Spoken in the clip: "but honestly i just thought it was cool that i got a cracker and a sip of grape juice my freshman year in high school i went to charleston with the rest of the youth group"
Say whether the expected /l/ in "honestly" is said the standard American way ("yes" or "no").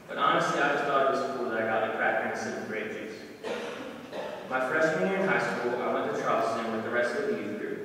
yes